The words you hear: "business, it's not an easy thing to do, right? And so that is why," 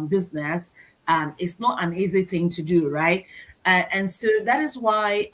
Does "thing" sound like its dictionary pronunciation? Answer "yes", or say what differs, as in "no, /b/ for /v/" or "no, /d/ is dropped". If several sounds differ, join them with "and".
yes